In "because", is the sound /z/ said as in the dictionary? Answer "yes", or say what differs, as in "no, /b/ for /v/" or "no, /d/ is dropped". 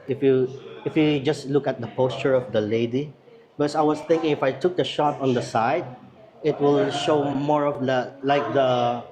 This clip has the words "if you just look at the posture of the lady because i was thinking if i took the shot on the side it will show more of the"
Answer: no, /s/ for /z/